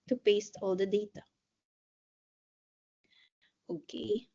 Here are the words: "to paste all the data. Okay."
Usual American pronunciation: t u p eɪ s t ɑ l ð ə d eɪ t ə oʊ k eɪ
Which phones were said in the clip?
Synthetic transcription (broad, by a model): t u p eɪ s t ɑ l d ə d eɪ t ə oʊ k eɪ